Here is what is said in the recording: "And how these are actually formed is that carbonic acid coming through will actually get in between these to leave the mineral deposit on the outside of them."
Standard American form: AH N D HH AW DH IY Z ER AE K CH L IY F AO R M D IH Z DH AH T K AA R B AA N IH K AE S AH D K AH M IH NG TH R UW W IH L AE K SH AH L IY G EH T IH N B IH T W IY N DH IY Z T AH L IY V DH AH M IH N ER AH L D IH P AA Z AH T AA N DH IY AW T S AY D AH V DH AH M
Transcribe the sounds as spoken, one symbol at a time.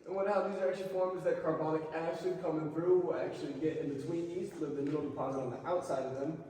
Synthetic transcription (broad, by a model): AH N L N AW DH IY Z ER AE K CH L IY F AO R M Z DH AH T K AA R B AA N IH K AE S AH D K AH M IH NG TH R UW W IH L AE K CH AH L IY G EH T IH N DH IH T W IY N IY S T L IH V DH AH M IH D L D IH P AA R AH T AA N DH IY AW T S AY D AH V DH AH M